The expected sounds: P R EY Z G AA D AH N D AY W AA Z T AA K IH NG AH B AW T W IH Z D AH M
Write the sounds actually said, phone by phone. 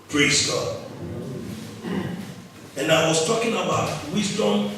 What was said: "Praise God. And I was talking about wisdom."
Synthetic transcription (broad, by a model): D R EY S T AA AH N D AY W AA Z T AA K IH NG AH B AW T W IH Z D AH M